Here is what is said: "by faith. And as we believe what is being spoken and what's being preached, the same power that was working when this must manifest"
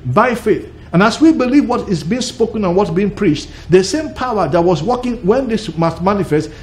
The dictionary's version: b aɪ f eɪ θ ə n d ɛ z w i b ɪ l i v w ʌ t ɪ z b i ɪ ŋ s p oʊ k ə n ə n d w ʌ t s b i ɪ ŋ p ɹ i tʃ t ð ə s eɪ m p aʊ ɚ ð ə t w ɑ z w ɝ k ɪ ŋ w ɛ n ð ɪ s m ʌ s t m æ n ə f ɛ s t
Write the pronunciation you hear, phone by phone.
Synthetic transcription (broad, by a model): b aɪ f eɪ θ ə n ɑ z w i b ɪ l i v w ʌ t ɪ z b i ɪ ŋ s p oʊ k ə n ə n w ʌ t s b i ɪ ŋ p ɹ i tʃ t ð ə s eɪ m p aʊ ɚ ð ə t w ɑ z w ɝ k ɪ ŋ w ɛ n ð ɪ s m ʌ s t m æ n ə f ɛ s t